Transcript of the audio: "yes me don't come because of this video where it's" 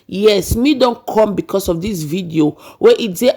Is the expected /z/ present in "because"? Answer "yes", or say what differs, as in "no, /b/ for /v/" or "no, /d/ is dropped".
no, /s/ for /z/